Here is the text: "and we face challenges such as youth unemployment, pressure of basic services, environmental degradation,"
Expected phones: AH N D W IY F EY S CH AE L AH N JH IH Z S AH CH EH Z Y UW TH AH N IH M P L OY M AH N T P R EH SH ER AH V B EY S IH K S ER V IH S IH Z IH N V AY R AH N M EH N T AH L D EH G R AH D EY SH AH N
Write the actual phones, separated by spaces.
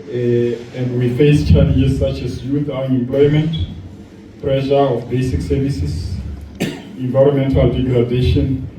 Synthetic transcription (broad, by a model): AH N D W IY F EY S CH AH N IH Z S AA CH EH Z Y UW TH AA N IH M P L OY M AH N T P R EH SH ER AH F B EY S IH K S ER V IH S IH S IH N V AY R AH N M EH N T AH L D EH G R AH D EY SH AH N